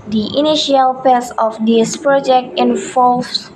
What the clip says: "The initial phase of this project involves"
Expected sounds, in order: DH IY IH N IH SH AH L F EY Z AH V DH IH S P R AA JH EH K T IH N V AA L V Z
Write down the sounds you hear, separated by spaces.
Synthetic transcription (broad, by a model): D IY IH N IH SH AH L P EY S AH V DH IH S P R AA JH EH K T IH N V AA L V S